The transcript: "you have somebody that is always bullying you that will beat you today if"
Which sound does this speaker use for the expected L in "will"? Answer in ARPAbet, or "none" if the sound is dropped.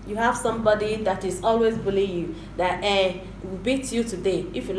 W